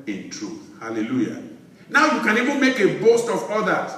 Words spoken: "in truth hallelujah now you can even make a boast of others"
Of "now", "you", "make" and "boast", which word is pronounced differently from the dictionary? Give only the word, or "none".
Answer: none